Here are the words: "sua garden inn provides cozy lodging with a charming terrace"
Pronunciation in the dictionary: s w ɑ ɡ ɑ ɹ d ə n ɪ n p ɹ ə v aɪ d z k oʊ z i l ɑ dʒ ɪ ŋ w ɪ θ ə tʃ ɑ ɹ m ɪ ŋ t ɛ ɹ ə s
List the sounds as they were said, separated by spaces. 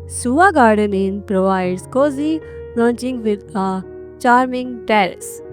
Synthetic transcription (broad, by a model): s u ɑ ɡ ɑ ɹ d ə n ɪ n p ɹ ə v aɪ d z k oʊ z i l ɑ tʃ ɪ ŋ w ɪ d ə tʃ ɑ ɹ m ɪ ŋ t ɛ ɹ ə s